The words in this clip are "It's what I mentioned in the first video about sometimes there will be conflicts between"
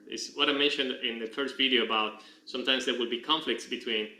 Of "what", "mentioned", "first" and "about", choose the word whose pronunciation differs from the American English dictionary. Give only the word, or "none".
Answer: none